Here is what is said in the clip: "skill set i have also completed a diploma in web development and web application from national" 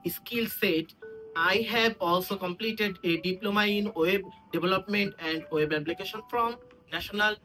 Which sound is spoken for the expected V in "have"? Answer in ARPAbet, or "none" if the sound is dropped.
B